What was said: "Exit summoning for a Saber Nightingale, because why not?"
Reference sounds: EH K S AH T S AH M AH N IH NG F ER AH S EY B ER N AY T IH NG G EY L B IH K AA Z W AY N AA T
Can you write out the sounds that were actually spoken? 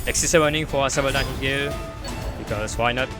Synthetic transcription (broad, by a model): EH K S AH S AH AH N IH NG F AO AH S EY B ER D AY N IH G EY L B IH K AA S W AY N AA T